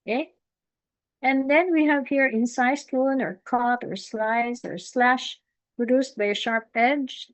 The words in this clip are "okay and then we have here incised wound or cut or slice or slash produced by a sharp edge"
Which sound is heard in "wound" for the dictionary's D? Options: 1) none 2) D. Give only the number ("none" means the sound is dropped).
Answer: 1